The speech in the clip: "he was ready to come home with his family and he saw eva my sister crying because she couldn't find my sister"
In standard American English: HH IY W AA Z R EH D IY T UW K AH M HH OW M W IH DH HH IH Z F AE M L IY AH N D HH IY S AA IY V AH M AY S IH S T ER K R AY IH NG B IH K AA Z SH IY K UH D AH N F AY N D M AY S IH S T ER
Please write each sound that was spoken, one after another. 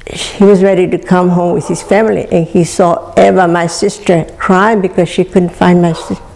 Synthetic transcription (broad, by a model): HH IY W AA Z R EH D IY T UW K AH M HH OW M W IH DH HH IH S F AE M L IY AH N HH IY S AA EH V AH M AY S IH S T ER K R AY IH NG B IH K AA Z SH IY K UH D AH N F AY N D M AY S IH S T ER